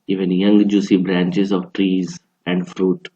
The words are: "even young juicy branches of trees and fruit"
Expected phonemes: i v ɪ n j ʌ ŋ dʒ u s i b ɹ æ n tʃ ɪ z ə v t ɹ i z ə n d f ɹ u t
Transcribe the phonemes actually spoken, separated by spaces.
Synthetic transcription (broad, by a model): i v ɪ n j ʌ ŋ dʒ u s i b ɹ æ n tʃ ɪ z ə v t ɹ i z ə n d f ɹ u t